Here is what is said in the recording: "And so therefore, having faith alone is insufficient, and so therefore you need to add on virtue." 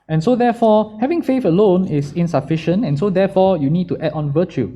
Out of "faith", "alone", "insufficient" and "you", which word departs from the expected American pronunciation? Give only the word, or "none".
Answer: faith